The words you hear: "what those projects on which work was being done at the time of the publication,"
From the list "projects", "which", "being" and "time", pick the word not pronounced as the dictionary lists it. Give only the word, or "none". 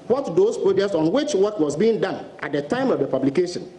projects